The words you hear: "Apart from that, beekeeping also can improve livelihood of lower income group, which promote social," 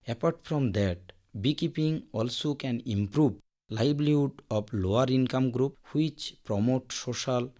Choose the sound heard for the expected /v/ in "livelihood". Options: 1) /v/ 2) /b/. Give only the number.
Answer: 2